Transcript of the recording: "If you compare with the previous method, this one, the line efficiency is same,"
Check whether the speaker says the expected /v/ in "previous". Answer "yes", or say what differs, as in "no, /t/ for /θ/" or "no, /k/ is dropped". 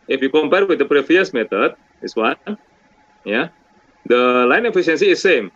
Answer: no, /f/ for /v/